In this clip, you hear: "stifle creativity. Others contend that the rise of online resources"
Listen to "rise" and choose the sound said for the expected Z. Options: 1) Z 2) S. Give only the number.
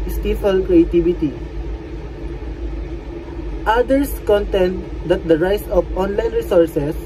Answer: 2